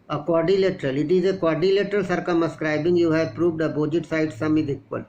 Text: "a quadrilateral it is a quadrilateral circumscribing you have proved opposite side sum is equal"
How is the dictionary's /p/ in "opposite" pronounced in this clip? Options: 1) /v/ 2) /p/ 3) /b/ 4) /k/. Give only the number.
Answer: 3